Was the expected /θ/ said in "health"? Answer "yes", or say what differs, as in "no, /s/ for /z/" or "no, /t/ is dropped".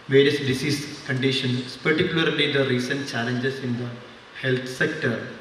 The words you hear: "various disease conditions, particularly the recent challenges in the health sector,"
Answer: no, /t/ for /θ/